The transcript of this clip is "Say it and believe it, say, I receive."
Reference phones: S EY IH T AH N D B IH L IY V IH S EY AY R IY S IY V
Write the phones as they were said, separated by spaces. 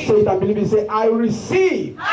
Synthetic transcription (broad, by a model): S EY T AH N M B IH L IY B IH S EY AY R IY S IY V